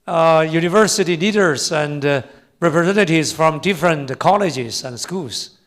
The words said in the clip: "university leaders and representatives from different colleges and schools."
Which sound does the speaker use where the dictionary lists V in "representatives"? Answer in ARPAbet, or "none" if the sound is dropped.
none